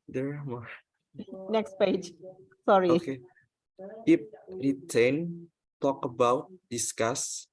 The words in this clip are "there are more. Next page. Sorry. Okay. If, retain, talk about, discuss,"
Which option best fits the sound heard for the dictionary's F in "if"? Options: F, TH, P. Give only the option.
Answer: P